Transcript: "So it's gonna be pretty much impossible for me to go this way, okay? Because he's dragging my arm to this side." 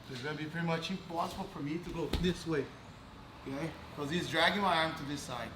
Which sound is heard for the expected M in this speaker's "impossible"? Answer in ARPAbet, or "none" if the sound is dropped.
none